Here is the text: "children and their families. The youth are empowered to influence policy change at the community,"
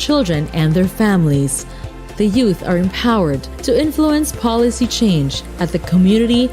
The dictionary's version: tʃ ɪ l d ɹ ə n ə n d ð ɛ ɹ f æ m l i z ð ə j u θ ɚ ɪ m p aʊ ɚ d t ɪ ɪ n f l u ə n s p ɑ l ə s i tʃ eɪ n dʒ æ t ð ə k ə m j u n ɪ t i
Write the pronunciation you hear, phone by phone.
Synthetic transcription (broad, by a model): tʃ ɪ l d ɹ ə n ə n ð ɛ ɹ f æ m l i z ð ə j u θ ɚ ɪ m p aʊ ɚ d t ɪ ɪ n f l u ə n s p ɑ l ə s i tʃ eɪ n dʒ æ t ð ə k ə m j u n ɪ t i